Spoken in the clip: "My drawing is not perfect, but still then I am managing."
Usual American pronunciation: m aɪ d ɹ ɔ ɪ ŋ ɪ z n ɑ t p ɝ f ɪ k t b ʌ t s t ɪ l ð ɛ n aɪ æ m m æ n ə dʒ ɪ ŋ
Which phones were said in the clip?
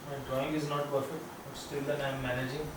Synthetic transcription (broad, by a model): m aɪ d ɹ ɔ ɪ ŋ ɪ z n ɑ t p ɝ f ɪ k t b ʌ t s t ɪ l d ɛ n aɪ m m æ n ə dʒ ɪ ŋ